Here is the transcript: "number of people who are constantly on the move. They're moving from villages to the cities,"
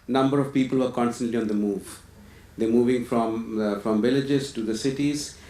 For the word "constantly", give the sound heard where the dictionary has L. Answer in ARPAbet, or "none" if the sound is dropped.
L